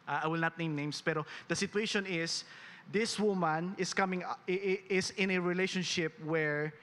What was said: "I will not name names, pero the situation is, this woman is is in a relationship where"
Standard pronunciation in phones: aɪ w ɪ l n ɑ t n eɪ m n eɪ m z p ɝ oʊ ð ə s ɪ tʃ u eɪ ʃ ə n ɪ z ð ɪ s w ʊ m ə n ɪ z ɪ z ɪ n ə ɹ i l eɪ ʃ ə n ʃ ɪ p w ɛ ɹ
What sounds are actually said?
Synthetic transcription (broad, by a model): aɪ w ɪ l n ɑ t n eɪ m n eɪ m s p ɝ oʊ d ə s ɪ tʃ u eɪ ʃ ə n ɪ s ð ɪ s w ʊ m ə n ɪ s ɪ s ɪ n ə ɹ i l eɪ ʃ ə n ʃ ɪ p w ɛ ɹ